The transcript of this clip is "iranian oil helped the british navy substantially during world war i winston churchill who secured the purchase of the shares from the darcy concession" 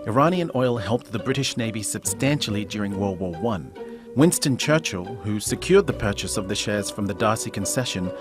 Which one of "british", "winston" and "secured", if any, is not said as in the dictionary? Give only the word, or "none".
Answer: none